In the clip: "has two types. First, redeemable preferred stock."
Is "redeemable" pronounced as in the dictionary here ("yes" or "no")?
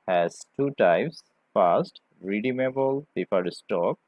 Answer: yes